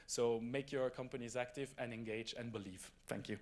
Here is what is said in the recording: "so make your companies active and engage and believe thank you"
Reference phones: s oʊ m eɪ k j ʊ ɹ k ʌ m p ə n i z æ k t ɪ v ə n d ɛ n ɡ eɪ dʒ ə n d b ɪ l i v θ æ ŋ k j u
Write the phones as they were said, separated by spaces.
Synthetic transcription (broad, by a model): s oʊ m eɪ k j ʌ ɹ k ʌ m p ə n i z æ k t ɪ v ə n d ɛ n ɡ eɪ dʒ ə n b ɪ l i v θ æ ŋ k j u